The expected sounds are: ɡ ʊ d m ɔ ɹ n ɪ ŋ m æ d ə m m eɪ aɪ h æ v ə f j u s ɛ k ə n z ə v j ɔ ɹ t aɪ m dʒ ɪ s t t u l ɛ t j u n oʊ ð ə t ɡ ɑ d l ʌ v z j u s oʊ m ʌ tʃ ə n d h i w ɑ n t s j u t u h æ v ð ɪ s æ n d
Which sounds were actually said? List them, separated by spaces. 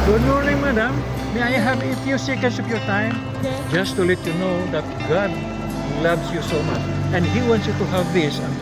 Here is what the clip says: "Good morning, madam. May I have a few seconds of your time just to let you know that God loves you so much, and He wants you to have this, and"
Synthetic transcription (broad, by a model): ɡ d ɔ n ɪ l m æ d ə m m eɪ aɪ h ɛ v ə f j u s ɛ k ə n s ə p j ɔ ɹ t aɪ m dʒ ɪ s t t u l ɛ t j u n oʊ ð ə t ɡ ɑ d l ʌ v s j u s oʊ m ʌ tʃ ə n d h i w ɑ n t s j u t u h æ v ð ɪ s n